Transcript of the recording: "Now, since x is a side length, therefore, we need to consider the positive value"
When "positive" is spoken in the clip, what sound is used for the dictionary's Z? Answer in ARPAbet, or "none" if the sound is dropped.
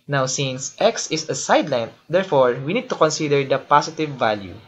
S